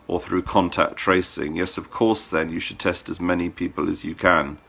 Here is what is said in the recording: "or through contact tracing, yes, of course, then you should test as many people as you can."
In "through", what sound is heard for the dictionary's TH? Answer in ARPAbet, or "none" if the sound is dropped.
TH